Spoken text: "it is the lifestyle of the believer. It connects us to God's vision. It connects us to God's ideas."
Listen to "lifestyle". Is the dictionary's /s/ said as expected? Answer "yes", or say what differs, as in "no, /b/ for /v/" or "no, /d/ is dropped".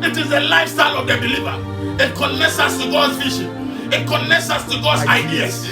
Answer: yes